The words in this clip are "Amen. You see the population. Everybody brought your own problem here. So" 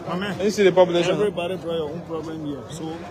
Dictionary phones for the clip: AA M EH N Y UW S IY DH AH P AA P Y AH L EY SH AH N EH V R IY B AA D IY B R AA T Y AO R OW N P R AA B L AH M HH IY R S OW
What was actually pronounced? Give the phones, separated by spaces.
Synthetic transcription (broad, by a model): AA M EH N S IY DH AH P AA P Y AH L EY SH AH EH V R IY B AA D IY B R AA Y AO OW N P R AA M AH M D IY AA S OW